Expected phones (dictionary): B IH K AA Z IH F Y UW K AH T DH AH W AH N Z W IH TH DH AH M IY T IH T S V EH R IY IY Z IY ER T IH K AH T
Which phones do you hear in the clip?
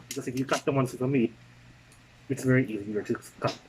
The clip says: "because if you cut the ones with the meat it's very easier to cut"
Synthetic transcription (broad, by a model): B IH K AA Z IH F Y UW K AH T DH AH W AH N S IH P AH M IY IH T S V EH R IY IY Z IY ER T IH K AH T